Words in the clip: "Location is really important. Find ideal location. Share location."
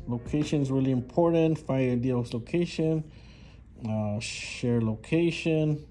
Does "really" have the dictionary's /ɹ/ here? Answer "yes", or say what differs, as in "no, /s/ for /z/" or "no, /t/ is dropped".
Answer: no, /w/ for /ɹ/